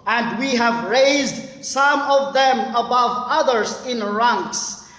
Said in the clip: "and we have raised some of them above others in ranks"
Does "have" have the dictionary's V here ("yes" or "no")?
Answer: yes